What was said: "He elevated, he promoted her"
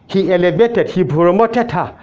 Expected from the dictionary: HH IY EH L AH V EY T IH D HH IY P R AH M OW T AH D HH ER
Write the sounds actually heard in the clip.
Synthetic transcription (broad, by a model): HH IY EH L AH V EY T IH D HH IY B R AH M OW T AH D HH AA